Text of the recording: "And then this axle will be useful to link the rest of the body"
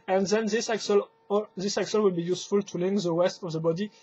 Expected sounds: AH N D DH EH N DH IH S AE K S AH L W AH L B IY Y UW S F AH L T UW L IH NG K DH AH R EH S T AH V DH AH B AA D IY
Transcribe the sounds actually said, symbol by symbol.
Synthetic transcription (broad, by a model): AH N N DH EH L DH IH S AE K S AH L W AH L B IY Y UW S F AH L T UW L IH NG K DH AH W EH S T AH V DH AH B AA D IY